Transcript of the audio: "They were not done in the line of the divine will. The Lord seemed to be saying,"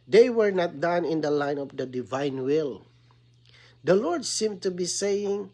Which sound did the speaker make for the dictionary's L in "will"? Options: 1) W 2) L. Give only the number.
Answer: 2